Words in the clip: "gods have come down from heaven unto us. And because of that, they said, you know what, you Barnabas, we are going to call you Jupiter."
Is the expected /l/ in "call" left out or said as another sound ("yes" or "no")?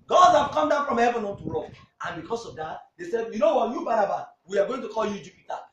no